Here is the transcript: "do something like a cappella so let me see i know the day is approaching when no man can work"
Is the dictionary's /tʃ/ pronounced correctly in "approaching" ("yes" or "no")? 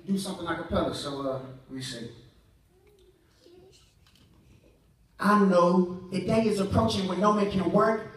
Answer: yes